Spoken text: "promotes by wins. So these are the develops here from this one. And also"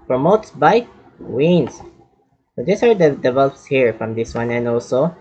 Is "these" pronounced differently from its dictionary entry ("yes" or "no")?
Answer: yes